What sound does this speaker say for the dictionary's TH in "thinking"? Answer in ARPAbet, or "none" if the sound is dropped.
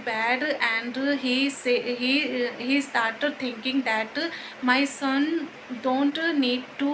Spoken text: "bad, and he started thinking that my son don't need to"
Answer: T